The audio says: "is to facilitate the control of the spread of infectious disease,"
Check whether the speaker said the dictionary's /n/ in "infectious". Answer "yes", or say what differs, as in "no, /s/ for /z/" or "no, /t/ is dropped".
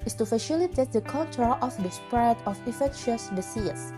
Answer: no, /n/ is dropped